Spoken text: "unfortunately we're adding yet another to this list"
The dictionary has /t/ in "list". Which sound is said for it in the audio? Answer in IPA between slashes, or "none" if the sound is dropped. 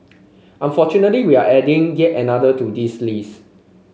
none